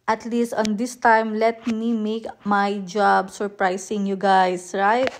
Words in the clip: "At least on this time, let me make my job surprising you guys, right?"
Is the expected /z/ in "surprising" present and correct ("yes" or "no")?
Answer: no